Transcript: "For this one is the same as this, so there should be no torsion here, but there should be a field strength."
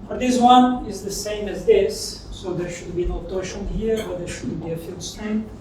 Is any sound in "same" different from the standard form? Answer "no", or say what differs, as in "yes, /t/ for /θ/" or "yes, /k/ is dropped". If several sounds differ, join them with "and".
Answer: no